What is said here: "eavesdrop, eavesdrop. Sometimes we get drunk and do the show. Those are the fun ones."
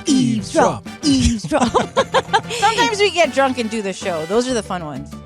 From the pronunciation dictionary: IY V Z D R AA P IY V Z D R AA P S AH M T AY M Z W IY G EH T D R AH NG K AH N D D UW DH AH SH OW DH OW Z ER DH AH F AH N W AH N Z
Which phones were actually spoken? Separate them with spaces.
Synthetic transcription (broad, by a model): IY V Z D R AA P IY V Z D R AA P S AH M T AY M Z W IY G EH T D R AH NG K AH N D D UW DH AH SH OW DH OW Z ER DH AH F AH N W AH N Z